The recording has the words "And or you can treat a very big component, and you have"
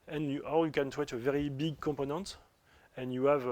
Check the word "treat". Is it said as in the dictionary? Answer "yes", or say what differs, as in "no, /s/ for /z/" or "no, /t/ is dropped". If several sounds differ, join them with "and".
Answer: no, /w/ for /ɹ/